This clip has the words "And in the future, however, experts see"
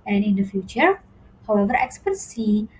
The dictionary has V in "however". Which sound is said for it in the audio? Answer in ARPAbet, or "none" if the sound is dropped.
V